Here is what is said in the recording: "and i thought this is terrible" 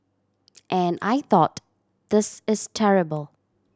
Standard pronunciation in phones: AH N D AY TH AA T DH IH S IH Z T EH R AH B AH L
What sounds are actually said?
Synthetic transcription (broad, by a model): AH N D AY TH AA T DH IH S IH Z T EH R AH B AH L